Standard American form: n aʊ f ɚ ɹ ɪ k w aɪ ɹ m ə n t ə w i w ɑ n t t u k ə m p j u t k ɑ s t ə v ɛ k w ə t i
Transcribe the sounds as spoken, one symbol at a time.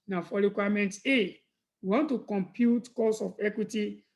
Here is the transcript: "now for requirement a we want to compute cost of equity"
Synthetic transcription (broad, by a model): n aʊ f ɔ ɹ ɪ k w aɪ m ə n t ə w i w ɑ n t t u k ə m p j u t k ɑ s ə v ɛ k w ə t i